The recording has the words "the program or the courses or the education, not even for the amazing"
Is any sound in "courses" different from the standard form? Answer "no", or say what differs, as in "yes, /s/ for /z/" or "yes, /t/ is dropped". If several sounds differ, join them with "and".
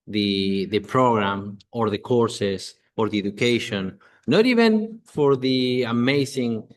yes, /s/ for /z/